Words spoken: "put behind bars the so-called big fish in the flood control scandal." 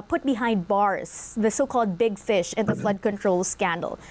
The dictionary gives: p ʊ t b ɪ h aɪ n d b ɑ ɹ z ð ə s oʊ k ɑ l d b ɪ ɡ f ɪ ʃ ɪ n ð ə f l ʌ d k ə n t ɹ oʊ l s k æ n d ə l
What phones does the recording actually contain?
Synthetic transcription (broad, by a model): p ʊ t b ɪ h aɪ n d b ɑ ɹ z ð ə s oʊ k ɑ l d b ɪ ɡ f ɪ ʃ ɪ n ð ə f l ʌ d k ə n t ɹ oʊ l s k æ n d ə l